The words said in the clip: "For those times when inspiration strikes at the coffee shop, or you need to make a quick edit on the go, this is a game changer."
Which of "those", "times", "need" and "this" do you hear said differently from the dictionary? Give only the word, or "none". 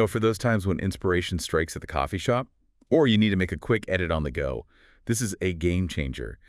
none